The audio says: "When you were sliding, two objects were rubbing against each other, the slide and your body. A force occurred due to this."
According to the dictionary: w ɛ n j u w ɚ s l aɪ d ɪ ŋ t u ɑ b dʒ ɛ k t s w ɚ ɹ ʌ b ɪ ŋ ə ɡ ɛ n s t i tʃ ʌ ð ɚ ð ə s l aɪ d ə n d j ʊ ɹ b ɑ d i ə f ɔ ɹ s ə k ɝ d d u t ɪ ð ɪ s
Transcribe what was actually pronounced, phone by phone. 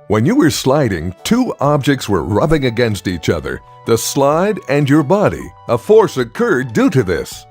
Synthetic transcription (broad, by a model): w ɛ n j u w ɚ s l aɪ d ɪ ŋ t u ɑ b dʒ ɛ k t s w ɚ ɹ ʌ b ɪ ŋ ə ɡ ɛ n s t i tʃ ʌ ð ɚ ð ə s l aɪ d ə n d j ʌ ɹ b ɑ d i ə f ɔ ɹ s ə k ɝ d d u t ɪ ð ɪ s